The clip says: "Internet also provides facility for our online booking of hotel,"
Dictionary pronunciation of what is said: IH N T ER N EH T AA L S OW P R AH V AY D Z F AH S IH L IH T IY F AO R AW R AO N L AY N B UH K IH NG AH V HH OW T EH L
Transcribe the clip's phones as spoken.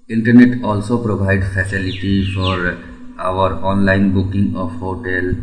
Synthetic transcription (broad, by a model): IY N T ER N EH T AA L S OW P R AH B AY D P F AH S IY L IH T IY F AO R AW R AO N L AY N B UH K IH NG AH P HH OW T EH L